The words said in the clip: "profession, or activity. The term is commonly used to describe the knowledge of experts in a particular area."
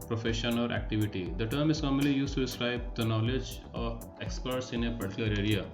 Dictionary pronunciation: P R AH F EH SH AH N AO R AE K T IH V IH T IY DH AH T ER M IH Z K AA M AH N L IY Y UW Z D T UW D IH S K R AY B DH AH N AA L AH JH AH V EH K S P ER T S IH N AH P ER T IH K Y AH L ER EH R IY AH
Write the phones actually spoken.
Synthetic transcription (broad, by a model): P R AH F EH SH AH N AO R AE K T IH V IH T IY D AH T ER M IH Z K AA M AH L IY Y UW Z T UW D IH S K R AY B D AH N AA L AH JH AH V EH K S P ER T S IH N AH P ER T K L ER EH R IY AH